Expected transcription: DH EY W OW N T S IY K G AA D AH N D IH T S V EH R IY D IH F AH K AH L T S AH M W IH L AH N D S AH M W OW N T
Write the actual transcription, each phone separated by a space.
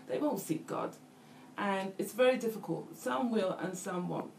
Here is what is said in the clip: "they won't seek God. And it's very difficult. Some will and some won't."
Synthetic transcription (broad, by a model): DH EY W OW N T S IY K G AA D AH N IH T S V EH R IY D IH F AH K AH L T S AH M W IH L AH N S AH M W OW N